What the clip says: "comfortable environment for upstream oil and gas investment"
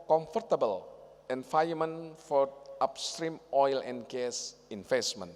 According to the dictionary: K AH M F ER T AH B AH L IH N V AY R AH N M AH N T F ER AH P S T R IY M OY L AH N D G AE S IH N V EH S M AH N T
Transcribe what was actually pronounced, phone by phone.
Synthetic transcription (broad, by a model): K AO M F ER T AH B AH L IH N F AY AH M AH N F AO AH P S T R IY M OY L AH N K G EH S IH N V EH S M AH N